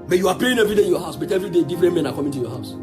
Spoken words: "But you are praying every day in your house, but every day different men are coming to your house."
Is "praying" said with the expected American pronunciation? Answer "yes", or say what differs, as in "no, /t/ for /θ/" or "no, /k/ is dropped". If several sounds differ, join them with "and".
no, /l/ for /ɹ/